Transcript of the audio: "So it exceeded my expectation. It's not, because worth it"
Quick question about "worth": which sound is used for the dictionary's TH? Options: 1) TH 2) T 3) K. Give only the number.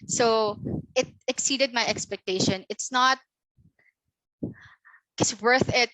1